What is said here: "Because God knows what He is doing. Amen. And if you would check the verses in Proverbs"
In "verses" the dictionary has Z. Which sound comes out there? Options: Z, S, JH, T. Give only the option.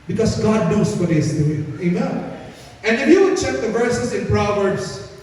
S